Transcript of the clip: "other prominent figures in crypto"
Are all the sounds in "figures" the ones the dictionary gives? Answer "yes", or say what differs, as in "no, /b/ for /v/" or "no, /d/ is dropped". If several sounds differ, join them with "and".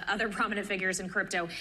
yes